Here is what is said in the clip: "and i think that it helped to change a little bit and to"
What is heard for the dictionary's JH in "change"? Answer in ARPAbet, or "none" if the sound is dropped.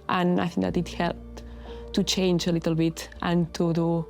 JH